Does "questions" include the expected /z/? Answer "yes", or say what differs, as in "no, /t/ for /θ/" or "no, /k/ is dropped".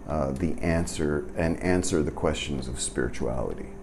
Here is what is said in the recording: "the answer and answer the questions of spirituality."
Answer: yes